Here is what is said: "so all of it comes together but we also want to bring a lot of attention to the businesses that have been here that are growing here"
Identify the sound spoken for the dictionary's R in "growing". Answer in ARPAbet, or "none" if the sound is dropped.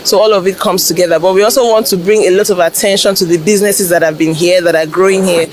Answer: R